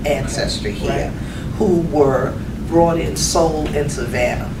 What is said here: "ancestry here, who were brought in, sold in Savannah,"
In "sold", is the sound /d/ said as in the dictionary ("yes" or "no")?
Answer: no